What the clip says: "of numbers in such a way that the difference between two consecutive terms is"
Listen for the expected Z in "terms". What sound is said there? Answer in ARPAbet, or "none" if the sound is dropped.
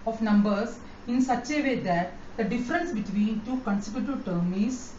none